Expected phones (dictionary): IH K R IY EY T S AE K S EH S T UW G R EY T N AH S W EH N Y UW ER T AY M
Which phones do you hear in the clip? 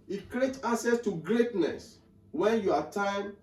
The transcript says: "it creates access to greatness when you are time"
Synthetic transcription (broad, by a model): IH K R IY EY T AA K S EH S T UW G R EY T N AH S W EH N Y UW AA T AY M